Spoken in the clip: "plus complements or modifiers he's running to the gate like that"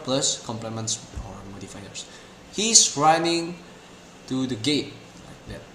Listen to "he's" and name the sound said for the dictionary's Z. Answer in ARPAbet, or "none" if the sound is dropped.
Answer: S